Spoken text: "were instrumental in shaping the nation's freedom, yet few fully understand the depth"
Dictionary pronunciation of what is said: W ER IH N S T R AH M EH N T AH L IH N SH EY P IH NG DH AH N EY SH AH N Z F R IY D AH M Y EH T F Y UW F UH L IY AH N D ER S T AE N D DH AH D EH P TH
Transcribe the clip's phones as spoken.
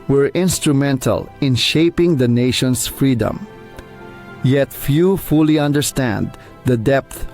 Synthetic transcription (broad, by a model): W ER IH N S T R AH M EH N T AH L IH N SH EY P IH NG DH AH N EY SH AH N S F R IY D AH M Y EH T F Y UW F UH L IY AH N D ER S T AE N D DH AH D EH P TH